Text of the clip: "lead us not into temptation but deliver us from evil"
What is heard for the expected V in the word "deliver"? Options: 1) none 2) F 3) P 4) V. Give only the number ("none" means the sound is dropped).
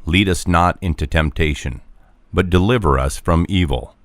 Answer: 4